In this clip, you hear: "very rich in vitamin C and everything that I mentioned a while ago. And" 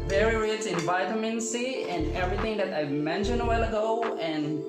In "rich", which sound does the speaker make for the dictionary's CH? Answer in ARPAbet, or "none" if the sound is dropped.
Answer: S